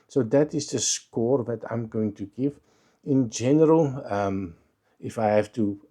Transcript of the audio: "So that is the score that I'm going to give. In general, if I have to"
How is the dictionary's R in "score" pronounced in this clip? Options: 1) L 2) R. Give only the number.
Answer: 2